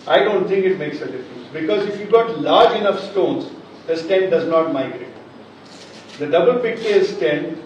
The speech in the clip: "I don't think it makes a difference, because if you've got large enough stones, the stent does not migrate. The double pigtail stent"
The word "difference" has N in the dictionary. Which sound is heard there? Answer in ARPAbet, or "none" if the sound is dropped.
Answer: none